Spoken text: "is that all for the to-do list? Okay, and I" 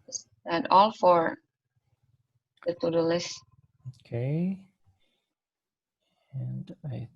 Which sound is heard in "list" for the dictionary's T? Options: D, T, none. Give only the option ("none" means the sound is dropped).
none